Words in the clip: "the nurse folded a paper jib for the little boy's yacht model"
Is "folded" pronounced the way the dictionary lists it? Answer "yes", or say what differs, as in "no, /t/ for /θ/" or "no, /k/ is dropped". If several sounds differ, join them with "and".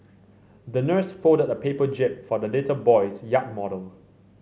no, /l/ is dropped